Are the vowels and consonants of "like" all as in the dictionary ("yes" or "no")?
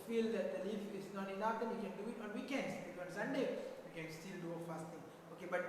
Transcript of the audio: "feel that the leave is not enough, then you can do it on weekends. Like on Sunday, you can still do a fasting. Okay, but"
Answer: no